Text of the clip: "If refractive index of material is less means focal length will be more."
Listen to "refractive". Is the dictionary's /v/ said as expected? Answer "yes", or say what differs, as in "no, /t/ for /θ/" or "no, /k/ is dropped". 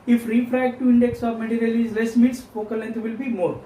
no, /v/ is dropped